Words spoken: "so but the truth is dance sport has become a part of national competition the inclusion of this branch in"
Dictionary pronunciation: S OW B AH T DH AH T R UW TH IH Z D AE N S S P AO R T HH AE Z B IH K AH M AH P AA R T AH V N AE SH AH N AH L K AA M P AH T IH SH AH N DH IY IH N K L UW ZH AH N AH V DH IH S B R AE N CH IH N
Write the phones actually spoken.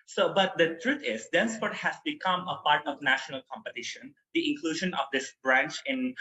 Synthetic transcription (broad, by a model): S OW B AH T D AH T R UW T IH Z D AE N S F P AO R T HH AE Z B IH K AH M AH P AA R T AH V N AE SH AH N AH L K AA M P AH T IH SH AH N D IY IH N K L UW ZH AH N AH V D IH S B R AE N CH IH N